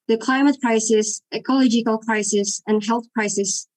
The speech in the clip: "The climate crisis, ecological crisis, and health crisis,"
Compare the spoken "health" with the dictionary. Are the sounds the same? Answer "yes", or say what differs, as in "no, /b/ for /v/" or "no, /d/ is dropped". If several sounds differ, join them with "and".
yes